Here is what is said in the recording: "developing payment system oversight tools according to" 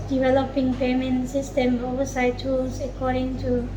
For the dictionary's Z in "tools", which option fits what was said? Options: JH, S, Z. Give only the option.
S